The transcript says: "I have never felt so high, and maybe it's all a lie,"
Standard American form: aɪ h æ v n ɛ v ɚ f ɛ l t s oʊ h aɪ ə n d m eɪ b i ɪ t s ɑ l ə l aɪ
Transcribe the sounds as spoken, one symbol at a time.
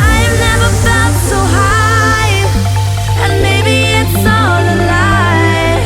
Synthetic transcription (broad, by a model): aɪ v n ɛ v ɚ f ɛ l t s oʊ h aɪ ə n m eɪ b i ɪ t s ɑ n ə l aɪ